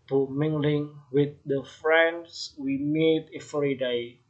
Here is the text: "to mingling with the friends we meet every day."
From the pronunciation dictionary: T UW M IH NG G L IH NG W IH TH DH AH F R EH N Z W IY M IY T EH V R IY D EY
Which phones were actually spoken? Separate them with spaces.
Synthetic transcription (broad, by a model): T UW M IH NG G L IH NG W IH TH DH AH F R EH N S W IY M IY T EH F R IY D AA